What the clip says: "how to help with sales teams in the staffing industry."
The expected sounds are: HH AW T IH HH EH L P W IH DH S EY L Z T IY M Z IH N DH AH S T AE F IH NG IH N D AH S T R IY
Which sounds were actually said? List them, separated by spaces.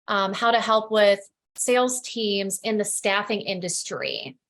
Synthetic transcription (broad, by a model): HH AW T IH HH EH L P W IH DH S EY L Z T IY M Z IH N DH AH S T AE F IH NG IH N D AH S T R IY